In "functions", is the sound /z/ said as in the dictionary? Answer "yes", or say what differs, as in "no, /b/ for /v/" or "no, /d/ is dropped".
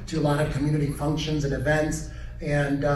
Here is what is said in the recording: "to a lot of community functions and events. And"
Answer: yes